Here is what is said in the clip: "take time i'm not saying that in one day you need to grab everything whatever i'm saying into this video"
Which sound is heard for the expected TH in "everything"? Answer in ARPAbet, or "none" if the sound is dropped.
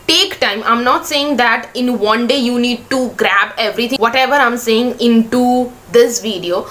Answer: T